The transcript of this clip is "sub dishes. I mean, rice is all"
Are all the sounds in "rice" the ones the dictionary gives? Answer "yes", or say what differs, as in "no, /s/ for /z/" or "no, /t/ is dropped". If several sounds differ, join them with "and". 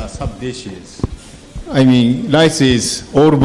no, /l/ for /ɹ/